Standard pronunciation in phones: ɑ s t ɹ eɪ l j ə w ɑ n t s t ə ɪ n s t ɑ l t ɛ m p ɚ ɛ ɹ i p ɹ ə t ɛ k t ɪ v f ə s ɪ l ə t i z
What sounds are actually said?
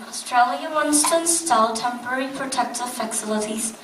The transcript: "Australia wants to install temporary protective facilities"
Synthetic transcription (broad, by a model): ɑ s t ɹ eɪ l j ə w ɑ n s t ə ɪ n s t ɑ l t ɛ m p ɚ ɛ ɹ i p ɹ ə t ɛ k t ɪ v f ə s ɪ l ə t i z